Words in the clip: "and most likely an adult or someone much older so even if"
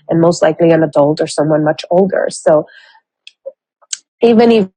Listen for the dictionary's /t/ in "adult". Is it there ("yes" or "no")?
yes